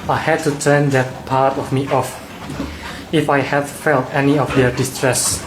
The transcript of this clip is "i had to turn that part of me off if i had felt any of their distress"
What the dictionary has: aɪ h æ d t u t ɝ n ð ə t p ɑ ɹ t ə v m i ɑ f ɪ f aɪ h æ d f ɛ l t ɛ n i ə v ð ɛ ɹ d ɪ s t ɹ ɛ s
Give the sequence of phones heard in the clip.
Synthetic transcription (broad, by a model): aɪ h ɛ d t u t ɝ n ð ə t p ɑ ɹ t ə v m i ɑ f ɪ f aɪ h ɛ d f ɛ l t ɛ n i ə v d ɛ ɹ d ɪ s t ɹ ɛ s